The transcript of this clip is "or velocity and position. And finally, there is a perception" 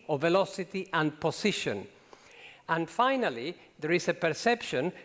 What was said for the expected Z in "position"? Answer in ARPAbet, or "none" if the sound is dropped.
S